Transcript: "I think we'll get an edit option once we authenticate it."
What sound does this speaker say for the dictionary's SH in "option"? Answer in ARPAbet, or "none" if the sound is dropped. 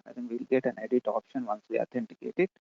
SH